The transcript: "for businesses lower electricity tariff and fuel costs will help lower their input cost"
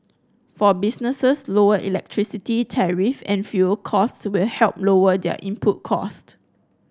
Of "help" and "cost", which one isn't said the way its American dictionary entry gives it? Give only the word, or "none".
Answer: none